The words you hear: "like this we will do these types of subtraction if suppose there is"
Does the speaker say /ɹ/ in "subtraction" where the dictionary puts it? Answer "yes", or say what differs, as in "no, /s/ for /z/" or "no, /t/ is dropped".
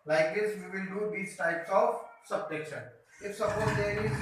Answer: no, /ɹ/ is dropped